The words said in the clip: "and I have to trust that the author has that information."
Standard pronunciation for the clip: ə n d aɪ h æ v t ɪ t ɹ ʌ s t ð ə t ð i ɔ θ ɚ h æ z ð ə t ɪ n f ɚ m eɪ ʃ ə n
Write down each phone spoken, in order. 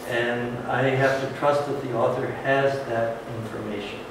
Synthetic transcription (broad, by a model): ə n aɪ h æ f t ɪ t ɹ ʌ s t ð ə t ð i ɔ θ ɚ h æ z ð ə t ɪ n f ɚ m eɪ ʃ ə n